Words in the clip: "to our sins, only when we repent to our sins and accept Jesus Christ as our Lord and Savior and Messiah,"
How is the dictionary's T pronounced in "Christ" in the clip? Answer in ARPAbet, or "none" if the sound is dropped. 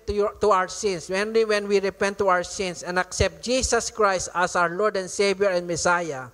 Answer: T